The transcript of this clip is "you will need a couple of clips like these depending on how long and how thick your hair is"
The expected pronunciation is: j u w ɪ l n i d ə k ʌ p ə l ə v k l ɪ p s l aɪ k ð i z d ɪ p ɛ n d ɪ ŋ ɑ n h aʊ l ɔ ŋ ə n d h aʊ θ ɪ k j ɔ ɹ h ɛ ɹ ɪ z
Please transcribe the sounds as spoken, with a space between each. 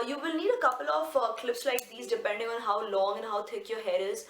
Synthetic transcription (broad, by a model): j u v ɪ l n i d ə k ʌ p ə l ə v k l ɪ p s l aɪ k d i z d ɪ p ɛ n d ɪ ŋ ɑ n h aʊ l ɔ ŋ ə n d h aʊ t ɪ k j ɔ ɹ h ɛ ɹ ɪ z